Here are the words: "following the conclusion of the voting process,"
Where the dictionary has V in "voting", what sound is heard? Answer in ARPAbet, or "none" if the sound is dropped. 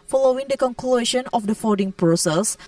F